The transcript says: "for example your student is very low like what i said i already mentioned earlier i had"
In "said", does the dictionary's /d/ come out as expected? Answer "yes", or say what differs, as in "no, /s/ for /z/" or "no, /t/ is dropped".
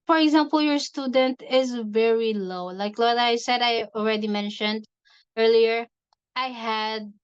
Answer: yes